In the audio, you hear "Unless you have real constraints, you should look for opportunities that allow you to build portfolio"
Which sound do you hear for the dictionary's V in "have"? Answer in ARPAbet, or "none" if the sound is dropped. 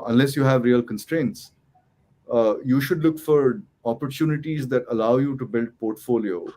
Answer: V